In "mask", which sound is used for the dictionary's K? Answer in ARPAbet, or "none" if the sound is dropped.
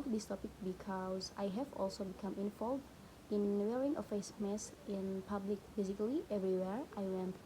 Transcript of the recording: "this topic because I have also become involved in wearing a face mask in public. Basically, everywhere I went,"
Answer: none